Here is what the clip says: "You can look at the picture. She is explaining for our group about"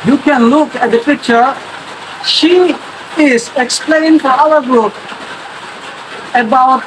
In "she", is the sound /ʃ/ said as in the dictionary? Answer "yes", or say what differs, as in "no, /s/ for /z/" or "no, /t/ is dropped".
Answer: yes